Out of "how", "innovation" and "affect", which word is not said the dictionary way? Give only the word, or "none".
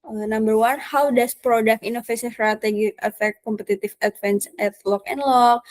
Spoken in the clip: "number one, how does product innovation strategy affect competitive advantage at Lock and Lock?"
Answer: innovation